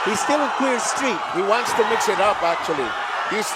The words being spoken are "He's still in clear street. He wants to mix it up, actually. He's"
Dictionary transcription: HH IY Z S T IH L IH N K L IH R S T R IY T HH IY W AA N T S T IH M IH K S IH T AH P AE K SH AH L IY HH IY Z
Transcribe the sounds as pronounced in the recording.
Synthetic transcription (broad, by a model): HH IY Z S T IH L IH N K W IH R S T R IY T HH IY W AA N T S T IH M IH K S IH T AH P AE K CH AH L IY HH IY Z